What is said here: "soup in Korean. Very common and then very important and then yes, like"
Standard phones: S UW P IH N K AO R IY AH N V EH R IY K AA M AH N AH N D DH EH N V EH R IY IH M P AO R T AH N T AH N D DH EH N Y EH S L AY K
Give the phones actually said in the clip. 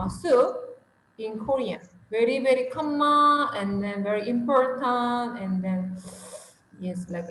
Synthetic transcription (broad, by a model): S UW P IH N K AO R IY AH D V EH R IY K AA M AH AH N D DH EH N V EH R IY IH M P AO R T AH N T AH N D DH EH N Y EH S L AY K